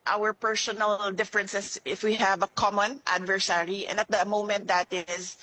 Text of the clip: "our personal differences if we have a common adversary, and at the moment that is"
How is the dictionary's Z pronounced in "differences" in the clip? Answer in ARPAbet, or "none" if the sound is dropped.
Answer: S